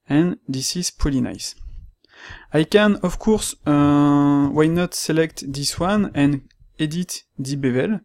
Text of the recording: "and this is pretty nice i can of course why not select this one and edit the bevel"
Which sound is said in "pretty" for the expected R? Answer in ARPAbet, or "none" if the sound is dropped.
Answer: none